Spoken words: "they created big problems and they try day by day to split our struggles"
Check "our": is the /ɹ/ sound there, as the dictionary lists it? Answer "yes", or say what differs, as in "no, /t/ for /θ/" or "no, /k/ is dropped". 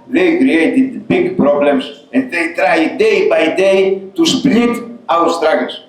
no, /w/ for /ɹ/